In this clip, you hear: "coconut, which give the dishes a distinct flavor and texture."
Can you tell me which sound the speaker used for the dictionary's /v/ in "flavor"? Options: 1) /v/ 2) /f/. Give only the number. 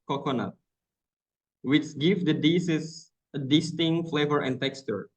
1